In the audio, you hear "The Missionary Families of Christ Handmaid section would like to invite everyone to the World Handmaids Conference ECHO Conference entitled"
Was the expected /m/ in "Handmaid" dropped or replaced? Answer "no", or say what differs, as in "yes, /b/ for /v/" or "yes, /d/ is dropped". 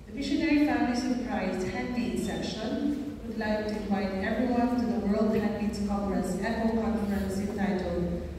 yes, /m/ is dropped